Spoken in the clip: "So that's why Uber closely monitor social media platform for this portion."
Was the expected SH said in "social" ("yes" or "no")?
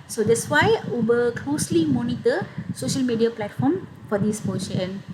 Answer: yes